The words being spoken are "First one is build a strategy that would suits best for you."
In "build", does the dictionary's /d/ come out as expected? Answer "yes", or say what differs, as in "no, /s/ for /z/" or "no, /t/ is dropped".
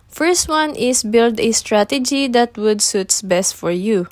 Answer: yes